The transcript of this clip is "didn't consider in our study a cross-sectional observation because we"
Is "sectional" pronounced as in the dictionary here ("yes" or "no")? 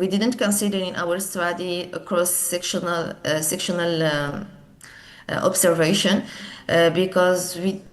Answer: yes